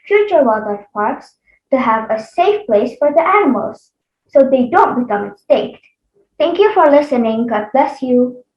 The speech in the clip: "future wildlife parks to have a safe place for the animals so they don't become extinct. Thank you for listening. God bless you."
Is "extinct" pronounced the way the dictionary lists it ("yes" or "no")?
no